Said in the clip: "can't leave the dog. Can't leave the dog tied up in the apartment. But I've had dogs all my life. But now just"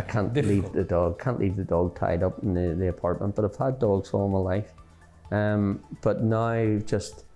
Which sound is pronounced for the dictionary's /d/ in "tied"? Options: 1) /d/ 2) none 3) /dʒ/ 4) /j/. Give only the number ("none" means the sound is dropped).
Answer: 1